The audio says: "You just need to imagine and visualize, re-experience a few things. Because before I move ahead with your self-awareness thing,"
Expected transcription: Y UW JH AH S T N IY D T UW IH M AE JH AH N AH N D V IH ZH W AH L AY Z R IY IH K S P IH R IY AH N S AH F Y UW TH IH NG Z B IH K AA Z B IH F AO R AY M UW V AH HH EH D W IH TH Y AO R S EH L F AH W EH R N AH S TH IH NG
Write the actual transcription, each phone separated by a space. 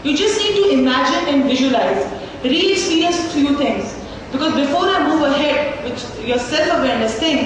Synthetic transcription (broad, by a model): Y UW JH AH S T N IY D T UW IH M AE JH AH N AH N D V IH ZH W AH L AY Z R IY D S IY R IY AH S F Y UW T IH NG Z B IH K AA Z B IH F AO R AY M UW V AH HH EH D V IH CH Y AO R S EH L F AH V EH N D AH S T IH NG